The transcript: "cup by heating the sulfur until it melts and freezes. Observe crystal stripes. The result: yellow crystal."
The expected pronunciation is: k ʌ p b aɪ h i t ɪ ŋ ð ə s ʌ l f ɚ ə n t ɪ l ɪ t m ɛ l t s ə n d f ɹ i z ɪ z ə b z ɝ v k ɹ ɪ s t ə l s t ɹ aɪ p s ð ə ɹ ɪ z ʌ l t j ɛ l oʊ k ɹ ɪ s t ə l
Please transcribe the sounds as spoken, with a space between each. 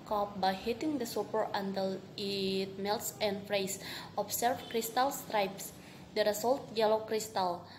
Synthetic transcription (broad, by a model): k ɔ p b aɪ h i t ɪ ŋ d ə s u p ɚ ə n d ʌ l ɪ t m ɛ l t s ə n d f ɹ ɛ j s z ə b s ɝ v k ɹ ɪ s t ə l s t ɹ aɪ p s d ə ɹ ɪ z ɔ l t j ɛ l oʊ k ɹ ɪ s t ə l